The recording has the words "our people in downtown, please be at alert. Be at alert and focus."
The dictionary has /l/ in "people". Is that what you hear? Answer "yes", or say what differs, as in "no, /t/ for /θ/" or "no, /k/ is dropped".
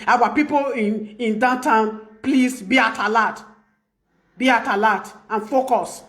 no, /n/ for /l/